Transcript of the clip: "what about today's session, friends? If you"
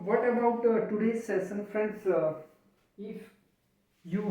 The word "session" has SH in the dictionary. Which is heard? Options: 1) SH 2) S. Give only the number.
2